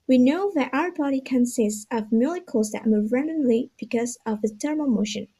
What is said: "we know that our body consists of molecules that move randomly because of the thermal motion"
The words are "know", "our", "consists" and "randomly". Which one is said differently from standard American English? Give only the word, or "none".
randomly